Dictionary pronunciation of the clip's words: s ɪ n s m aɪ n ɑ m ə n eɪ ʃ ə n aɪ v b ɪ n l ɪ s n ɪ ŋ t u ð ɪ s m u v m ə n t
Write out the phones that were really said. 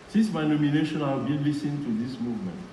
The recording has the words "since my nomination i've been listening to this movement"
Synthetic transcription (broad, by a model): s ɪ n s m aɪ n ɑ m ə n eɪ ʃ ə n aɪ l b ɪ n l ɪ s ɪ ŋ t u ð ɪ s m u v m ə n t